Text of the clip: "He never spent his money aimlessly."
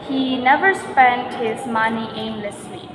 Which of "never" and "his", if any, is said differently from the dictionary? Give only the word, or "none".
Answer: none